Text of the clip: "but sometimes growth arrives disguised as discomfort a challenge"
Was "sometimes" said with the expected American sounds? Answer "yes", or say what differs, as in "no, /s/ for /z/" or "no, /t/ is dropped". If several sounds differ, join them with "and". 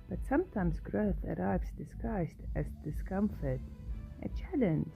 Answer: yes